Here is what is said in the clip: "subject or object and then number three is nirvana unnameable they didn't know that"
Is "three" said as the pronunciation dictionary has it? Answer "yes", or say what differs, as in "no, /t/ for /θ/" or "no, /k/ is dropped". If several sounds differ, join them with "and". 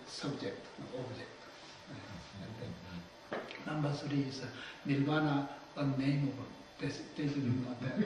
no, /s/ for /θ/